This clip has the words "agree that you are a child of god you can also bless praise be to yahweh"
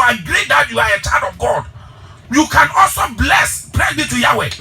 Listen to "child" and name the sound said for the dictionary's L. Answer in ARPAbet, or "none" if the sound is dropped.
N